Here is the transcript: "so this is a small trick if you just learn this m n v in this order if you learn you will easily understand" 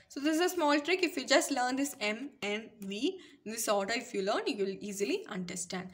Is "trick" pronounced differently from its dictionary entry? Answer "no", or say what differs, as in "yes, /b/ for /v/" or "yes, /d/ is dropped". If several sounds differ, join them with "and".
no